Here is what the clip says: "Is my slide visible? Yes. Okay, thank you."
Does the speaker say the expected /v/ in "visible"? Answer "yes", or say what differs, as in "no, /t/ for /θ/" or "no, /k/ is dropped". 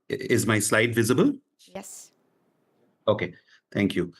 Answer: yes